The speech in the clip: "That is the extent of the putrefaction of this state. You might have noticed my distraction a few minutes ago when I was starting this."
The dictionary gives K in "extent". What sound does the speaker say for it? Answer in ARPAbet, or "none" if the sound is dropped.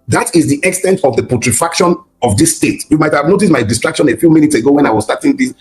K